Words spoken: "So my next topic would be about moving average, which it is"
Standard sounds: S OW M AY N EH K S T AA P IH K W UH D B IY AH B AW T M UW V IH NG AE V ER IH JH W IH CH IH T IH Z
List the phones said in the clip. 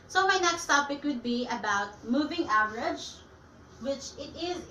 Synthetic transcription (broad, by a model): S OW M AY N EH K S T AA P IH K W UH D B IY AH B AW T M UW V IH NG AE V ER IH JH W IH CH IH T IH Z